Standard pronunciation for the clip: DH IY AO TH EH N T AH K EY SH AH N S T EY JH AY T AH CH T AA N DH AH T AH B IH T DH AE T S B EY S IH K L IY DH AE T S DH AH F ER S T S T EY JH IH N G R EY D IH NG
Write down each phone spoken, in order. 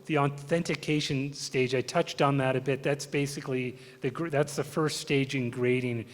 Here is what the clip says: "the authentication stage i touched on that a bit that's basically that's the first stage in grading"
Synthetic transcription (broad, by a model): DH IY AO TH EH N T AH K EY SH AH N S T EY JH AY T AH CH T N DH AH T AH B IH T DH AE T S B EY S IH K L IY DH AE T S DH AH F ER S T S T EY JH IH N G R EY D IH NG